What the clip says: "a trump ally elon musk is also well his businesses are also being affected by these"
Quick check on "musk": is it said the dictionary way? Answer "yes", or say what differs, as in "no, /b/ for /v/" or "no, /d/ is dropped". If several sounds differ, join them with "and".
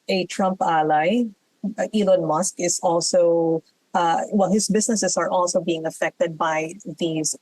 yes